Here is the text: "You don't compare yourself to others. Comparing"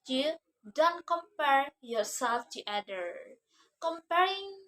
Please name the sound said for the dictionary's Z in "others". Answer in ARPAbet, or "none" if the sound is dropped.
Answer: none